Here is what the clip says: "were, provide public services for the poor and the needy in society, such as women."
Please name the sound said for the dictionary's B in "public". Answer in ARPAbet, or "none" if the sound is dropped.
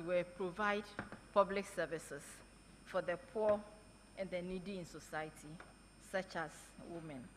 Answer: B